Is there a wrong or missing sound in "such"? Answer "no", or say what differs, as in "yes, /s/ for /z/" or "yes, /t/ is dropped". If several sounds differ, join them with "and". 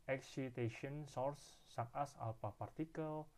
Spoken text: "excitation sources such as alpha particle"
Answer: yes, /s/ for /tʃ/